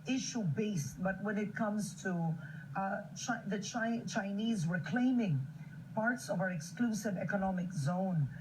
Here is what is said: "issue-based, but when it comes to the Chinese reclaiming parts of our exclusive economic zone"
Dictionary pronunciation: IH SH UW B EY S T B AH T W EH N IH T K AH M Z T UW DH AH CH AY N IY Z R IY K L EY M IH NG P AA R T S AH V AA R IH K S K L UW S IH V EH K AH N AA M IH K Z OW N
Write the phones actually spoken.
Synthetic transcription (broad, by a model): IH SH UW B EY S T B AH T W EH N IH T K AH M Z T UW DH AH CH AY N IY Z W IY K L EY M IH NG P AA R T S AH V AA R IH K S K L UW S IH V EH K AH N AA M IH K Z OW N